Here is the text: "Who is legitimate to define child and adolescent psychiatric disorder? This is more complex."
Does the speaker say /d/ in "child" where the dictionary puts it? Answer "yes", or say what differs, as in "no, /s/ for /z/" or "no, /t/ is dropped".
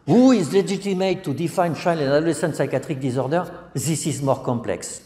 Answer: no, /d/ is dropped